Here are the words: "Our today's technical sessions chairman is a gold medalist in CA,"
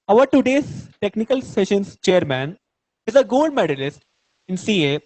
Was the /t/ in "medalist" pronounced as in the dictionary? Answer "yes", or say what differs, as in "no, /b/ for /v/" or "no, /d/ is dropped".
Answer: yes